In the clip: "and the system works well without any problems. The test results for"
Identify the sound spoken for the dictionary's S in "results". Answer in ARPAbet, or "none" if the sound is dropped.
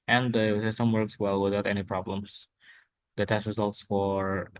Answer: S